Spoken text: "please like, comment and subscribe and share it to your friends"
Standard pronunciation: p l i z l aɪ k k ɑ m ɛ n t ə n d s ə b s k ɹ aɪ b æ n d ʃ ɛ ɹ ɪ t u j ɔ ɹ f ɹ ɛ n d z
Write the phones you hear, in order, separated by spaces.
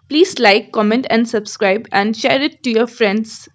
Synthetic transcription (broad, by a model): p l i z l aɪ k k ɑ m ɛ n t ə n d s ə b s k ɹ aɪ b æ n d ʃ ɛ ɹ ɪ t u j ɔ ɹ f ɹ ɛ n d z